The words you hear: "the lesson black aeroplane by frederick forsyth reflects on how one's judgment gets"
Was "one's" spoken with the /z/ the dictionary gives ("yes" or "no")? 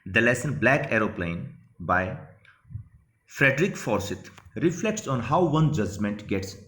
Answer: no